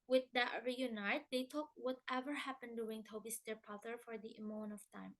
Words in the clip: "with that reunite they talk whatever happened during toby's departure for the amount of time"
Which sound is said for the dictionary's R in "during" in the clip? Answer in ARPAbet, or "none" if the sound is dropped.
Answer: W